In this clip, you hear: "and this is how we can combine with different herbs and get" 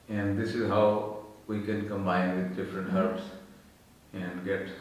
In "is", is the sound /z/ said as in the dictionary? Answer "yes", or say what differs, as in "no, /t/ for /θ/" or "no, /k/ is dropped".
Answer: yes